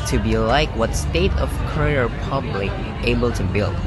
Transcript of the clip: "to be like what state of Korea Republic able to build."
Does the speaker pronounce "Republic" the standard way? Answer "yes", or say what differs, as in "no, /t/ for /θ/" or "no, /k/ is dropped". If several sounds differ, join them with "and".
no, /k/ is dropped